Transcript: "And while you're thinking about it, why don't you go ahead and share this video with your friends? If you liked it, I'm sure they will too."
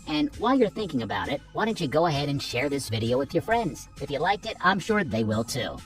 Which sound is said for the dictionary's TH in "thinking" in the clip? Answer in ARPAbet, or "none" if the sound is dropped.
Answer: TH